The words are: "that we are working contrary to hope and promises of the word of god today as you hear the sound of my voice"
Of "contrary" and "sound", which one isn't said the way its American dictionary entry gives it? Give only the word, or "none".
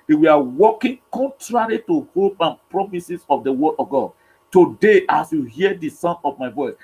sound